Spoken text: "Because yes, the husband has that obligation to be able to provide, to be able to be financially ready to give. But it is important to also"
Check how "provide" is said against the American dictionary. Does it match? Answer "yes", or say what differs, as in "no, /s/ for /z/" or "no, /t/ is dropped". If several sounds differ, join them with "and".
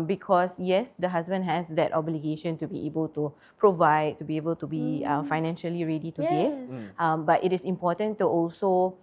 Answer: yes